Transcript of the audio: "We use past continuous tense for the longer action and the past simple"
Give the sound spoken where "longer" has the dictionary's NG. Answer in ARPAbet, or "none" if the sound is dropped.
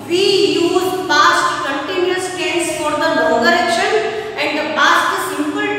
none